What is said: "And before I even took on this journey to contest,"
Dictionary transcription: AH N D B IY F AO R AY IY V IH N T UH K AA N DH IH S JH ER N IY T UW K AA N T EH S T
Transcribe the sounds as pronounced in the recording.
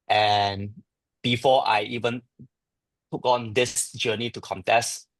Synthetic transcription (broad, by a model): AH N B IY F AO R AY IY V IH N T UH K AA N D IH S JH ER N IY T UW K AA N T EH S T